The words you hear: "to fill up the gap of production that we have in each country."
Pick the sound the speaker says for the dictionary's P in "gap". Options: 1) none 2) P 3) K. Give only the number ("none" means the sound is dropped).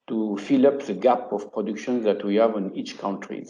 2